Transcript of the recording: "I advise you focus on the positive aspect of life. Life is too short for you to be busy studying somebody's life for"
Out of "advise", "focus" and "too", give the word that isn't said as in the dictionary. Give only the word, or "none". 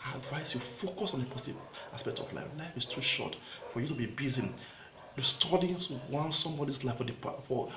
advise